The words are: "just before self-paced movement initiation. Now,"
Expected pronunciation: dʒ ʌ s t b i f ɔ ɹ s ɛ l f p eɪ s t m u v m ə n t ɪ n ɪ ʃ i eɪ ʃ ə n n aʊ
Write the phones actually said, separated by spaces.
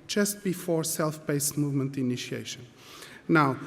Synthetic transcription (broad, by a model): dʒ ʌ s t b i f ɔ ɹ s ɛ l f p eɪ s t m u v m ə n t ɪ n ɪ ʃ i eɪ ʃ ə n n aʊ